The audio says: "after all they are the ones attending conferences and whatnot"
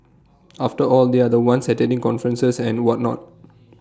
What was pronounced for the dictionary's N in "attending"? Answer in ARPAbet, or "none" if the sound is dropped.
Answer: none